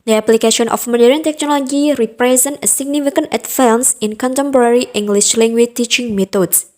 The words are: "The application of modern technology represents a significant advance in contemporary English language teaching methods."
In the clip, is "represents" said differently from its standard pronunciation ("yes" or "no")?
yes